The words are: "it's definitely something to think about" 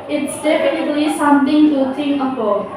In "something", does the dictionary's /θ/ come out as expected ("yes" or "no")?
no